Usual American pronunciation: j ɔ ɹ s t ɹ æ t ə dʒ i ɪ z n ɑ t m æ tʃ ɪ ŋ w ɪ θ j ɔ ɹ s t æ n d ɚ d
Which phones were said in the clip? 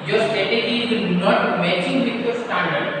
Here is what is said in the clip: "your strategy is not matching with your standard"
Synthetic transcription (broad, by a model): j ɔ ɹ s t ɛ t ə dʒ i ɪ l n ɑ t m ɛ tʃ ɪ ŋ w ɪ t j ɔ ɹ s t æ n d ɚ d